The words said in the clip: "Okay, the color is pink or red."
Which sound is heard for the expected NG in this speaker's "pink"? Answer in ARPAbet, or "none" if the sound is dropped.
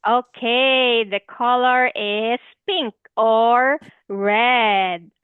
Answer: NG